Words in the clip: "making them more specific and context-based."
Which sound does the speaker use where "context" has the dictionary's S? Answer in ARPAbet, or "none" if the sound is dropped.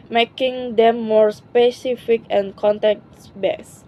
none